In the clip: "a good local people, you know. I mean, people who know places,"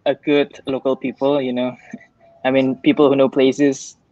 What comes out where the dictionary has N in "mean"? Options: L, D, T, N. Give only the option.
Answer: N